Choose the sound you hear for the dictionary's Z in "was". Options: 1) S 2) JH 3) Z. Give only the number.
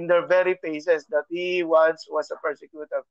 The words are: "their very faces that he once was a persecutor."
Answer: 1